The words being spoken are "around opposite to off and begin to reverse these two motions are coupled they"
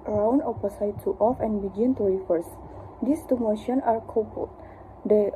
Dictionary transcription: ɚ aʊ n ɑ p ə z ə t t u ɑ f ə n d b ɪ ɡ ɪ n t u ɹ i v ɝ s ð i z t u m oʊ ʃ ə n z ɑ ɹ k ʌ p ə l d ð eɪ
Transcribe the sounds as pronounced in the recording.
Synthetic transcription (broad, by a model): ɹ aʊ n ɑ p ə s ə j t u ɑ f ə n b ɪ ɡ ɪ n t u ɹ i f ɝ s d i s t u m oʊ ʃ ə n ɑ ɹ k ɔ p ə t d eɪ